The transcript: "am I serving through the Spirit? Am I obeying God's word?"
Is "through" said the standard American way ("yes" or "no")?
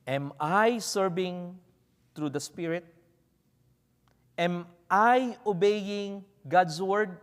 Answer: no